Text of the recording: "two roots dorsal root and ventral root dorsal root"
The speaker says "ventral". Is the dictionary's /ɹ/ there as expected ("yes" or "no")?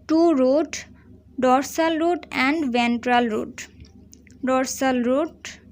yes